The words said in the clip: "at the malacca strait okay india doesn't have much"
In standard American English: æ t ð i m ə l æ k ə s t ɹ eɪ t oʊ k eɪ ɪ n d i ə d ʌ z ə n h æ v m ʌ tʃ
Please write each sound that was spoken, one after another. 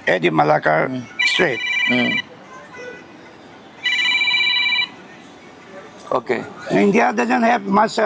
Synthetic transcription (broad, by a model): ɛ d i m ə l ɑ k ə s t ɹ eɪ t oʊ k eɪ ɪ n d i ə d ʌ z ə n h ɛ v m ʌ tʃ